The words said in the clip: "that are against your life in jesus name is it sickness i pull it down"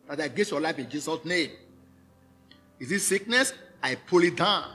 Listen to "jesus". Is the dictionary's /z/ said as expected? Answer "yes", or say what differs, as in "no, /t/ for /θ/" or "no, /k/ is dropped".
no, /s/ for /z/